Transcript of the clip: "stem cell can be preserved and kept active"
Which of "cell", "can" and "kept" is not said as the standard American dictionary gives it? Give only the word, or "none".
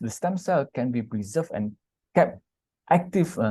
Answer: none